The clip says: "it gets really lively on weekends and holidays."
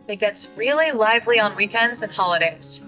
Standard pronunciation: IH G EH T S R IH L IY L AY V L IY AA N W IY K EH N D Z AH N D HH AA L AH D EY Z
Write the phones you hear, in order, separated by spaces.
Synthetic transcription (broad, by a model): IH G EH T S R IH L IY L AY V L IY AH N W IY K EH N D Z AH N HH AA L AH D EY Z